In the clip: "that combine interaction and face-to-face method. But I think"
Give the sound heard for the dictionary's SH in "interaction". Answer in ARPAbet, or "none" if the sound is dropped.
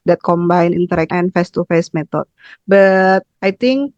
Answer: none